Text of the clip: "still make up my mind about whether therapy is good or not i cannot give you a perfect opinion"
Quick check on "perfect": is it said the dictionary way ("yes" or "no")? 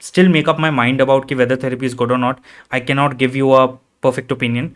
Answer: yes